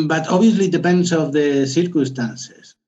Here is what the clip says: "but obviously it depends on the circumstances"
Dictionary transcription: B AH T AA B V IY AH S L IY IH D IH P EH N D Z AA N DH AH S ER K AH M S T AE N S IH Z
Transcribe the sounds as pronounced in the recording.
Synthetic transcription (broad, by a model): B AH T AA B IY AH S L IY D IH P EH N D S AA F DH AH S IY K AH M S T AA N S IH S